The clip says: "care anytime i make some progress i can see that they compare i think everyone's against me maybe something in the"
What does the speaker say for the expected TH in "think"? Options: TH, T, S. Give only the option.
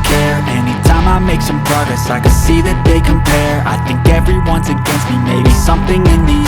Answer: TH